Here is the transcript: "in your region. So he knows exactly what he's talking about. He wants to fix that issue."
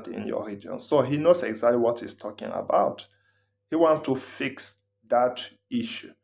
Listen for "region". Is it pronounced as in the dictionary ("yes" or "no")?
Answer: no